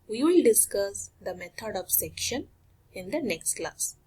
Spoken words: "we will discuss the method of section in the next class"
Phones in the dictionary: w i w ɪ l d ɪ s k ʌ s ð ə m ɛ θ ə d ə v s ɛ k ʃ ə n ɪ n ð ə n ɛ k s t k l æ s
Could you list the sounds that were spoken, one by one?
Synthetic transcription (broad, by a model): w i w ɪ l d ɪ s k ʌ s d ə m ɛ t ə d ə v s ɛ k ʃ ə n ɪ n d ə n ɛ k s t k l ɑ s